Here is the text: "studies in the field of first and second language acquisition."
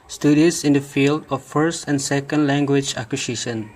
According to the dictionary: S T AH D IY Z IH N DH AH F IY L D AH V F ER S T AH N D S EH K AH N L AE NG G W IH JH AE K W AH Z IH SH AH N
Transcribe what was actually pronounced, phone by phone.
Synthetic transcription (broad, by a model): S T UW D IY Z IH N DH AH F IY L D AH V F ER S T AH N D S EH K AH N L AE NG G W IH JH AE K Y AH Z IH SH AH N